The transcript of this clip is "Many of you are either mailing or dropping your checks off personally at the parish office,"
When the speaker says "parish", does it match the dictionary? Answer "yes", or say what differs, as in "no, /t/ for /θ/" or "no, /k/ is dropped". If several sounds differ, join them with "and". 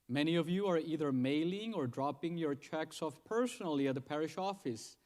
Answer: yes